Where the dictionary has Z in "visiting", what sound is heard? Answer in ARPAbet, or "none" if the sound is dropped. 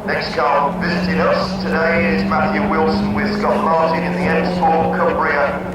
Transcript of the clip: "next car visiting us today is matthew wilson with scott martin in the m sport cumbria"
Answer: Z